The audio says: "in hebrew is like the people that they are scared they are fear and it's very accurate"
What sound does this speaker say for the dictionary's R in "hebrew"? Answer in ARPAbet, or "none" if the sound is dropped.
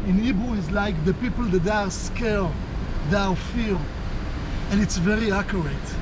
none